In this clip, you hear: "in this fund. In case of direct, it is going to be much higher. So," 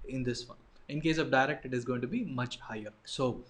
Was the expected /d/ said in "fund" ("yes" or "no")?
no